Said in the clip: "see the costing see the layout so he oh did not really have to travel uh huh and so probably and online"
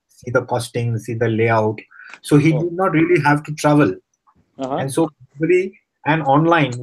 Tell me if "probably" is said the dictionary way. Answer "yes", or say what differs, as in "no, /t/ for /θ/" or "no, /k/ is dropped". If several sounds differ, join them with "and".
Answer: no, /b/ is dropped